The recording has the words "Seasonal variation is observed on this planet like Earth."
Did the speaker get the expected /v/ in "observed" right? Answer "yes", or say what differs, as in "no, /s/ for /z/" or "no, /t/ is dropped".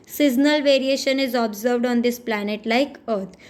yes